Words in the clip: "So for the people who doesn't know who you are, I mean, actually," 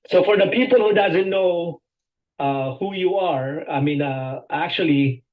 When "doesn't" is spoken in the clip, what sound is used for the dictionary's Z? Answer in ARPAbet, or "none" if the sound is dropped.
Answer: Z